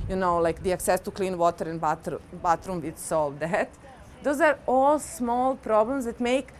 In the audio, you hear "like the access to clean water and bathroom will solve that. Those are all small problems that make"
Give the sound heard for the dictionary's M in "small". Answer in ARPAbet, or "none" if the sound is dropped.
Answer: M